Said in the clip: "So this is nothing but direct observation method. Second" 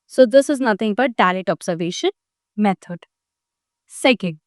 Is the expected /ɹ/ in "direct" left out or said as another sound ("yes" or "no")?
yes